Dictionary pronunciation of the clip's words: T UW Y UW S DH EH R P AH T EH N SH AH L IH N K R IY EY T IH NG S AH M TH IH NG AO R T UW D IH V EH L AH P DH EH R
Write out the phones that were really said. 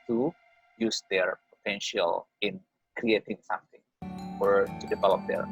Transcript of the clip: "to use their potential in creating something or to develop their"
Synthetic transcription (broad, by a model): T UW Y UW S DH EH R P AH T EH N SH AH L IH N K R IY EY T IH NG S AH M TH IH NG AO R T UW D IH V EH L AH P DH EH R